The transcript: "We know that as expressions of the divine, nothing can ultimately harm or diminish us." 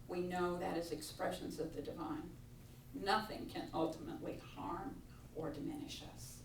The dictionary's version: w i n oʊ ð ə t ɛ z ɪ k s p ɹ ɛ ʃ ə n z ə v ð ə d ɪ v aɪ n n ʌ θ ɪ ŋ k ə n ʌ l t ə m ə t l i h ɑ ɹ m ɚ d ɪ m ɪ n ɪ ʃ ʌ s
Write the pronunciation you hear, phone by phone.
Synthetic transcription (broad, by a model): w i n oʊ ð ə t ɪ z ɪ k s p ɹ ɛ ʃ ə n z ə v ð ə d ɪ v aɪ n n ʌ θ ɪ ŋ k ə n ʌ l t ə m ə t l i h ɑ ɹ m ɚ d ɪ m ɪ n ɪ ʃ ʌ s